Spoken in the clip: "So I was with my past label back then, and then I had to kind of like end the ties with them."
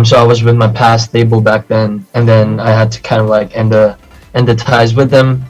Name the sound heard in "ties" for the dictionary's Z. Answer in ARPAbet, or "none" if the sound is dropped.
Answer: Z